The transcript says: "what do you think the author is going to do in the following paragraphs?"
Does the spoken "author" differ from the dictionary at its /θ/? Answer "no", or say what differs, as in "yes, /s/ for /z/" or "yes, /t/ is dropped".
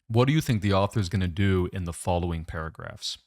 no